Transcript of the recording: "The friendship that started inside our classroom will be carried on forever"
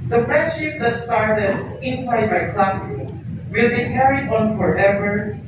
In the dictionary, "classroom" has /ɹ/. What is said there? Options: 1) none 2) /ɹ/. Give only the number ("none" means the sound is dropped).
1